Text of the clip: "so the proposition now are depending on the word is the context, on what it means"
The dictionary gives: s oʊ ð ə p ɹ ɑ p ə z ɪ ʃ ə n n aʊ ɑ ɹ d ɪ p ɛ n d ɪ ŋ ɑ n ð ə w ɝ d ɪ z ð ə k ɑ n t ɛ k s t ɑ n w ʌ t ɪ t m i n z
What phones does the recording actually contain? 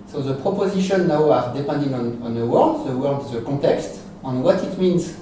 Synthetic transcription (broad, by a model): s oʊ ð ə p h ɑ p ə z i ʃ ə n n aʊ ɑ ɹ d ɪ p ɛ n d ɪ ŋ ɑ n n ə w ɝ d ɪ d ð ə k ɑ t ɛ k s t ɑ n w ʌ t ɪ t m i n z